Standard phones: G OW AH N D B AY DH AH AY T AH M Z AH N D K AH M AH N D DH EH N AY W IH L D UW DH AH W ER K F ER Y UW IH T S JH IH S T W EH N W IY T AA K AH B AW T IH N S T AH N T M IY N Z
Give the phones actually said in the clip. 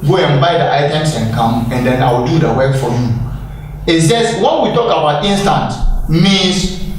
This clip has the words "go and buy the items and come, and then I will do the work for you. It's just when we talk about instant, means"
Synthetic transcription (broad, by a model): G OW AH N B AY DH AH AY T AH M S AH N K AH M AH N D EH N AY W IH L D UW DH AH W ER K F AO Y UW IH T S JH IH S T W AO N W IY T AA K AH B AW T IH N S T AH N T M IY N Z